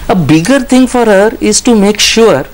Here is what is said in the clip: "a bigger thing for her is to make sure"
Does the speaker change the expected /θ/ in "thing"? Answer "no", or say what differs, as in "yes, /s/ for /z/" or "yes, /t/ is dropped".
yes, /t/ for /θ/